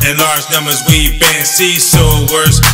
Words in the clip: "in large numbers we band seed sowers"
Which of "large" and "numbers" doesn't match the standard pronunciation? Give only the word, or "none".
none